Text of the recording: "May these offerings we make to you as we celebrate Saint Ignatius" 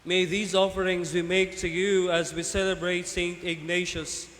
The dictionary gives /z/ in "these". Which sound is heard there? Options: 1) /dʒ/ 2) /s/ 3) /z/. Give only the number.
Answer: 3